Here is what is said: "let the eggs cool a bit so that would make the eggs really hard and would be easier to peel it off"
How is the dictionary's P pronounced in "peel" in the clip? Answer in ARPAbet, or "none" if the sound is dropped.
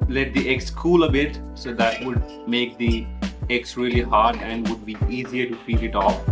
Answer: F